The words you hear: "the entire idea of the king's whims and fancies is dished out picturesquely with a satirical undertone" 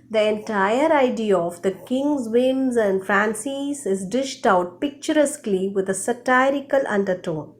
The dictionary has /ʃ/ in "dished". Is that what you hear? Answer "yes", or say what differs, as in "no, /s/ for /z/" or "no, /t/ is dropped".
yes